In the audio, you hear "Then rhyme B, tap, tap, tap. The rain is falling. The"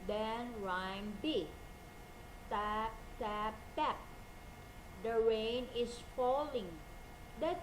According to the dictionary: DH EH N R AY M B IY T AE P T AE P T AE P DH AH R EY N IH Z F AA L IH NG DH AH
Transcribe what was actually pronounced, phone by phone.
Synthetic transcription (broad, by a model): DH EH N R AY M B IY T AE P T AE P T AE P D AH R EY N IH S F AA L IH NG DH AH